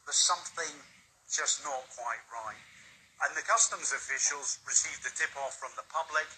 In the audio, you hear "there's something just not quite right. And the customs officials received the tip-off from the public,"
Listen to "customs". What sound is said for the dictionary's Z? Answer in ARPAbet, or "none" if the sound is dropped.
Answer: Z